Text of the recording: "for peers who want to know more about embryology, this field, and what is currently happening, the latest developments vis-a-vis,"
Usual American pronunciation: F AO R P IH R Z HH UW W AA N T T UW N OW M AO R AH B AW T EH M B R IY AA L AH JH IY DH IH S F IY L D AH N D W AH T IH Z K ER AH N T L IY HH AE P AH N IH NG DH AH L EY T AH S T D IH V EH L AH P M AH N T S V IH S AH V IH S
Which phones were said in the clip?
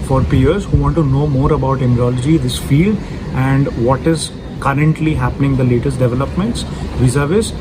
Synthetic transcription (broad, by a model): F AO R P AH R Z HH UW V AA N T T UW N OW M AO R AH B AW T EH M R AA L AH JH IY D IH S F IY L D AH N D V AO T IH Z K ER AH N T L IY HH AE P AH N IH NG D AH L EY T AH S T D IH V EH L AH P M AH N T S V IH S AH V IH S